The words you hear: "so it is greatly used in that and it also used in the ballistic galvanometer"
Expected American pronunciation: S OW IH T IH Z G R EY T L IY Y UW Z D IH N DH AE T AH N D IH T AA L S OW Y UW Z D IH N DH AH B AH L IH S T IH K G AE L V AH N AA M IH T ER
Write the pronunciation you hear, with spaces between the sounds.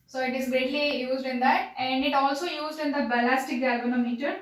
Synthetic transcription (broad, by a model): S OW IH T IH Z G EY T L IY Y UW Z D IH N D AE T AH N D IH T AA L S OW Y UW Z D IH N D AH B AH L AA S T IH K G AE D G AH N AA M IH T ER